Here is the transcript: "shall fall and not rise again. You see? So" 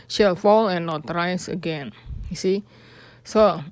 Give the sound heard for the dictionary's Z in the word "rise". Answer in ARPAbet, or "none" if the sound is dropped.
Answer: S